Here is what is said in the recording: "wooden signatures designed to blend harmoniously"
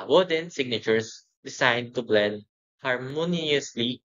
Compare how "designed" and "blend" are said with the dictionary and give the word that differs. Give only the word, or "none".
designed